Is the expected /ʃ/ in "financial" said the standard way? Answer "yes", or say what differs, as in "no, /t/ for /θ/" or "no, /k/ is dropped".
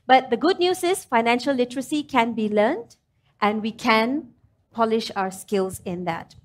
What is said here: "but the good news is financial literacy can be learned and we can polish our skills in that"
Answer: yes